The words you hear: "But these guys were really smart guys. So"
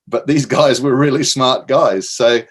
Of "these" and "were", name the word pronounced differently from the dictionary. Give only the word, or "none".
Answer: none